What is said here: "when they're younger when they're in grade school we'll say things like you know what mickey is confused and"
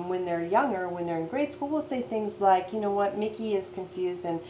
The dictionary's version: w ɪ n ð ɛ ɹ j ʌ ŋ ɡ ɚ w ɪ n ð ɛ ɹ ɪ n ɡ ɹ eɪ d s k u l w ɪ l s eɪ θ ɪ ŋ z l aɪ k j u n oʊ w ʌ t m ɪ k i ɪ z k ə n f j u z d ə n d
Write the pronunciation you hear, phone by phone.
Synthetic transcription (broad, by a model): w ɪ n ð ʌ ɹ j ʌ ŋ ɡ ɚ w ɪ n ð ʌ ɹ ɪ n ɡ ɹ eɪ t s k u l w ɪ l s eɪ θ ɪ ŋ z l aɪ k j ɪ n oʊ w ʌ t m ɪ k i ɪ z k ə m f j u z d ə n